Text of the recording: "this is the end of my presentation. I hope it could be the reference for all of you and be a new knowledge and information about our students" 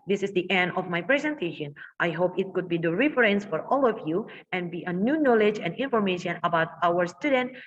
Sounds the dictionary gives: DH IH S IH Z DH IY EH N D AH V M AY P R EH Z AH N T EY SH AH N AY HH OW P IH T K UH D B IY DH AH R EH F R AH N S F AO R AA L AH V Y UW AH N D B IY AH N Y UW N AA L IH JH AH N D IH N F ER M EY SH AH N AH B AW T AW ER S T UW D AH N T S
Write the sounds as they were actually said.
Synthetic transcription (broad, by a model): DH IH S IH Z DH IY EH N D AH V M AY P R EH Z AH N T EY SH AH N AY HH OW P IH T K UH D B IY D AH R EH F R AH N S F AO R AA L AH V Y UW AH N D B IY AH N Y UW N AA L IH JH AH N D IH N F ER M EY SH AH N AH B AW T AW ER S T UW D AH N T